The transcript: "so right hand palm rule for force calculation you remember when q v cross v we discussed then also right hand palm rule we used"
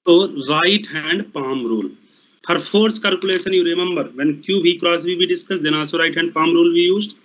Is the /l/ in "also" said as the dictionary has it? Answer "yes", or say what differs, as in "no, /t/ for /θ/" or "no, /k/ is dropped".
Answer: no, /l/ is dropped